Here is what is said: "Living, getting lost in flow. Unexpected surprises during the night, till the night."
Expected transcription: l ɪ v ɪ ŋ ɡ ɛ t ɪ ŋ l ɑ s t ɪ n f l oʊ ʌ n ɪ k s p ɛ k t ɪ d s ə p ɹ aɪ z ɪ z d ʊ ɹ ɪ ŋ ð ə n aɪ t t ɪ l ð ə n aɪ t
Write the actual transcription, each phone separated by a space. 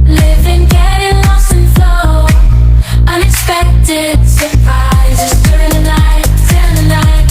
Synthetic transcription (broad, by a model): l ɪ v ɪ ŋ ɡ ɛ t ɪ ŋ l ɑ s ɪ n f oʊ ʌ n ɪ k s p ɛ k t ɪ d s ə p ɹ aɪ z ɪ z d ʊ ɹ ɪ ŋ ð ə n aɪ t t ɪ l ð ə n aɪ t